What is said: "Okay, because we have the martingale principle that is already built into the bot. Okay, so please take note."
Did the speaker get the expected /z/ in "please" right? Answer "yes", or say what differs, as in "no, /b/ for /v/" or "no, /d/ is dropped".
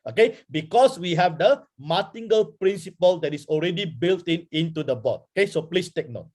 no, /s/ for /z/